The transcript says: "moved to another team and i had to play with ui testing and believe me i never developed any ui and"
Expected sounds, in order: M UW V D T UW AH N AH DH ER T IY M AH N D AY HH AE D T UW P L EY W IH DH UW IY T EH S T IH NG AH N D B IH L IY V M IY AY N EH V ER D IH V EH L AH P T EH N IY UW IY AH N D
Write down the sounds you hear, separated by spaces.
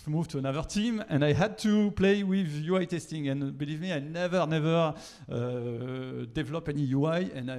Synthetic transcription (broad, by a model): M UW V T UW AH N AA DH ER T IY M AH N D AY HH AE D T UW P L EY W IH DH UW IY T EH S T IH NG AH N B IH L IY V M IY AY N EH V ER D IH V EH L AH P EH N IY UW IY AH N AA